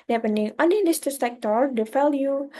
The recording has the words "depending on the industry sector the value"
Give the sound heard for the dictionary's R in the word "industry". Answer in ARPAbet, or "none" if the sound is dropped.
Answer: none